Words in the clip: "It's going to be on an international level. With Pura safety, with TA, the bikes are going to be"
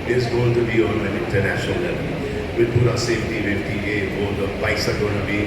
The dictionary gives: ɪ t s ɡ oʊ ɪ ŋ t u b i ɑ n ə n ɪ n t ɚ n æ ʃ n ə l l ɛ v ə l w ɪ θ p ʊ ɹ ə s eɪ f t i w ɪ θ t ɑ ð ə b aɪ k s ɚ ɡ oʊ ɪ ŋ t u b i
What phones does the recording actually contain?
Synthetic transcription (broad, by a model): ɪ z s ɡ oʊ ɪ ŋ t u b i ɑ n ə n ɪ n t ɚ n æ ʃ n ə l l ɛ v ə l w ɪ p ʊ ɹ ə s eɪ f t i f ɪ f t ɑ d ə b aɪ s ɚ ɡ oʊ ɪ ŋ t u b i